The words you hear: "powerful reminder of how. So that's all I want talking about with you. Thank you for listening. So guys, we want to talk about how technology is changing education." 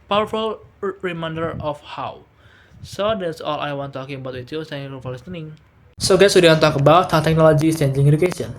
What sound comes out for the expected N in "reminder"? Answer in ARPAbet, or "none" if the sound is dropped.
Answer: N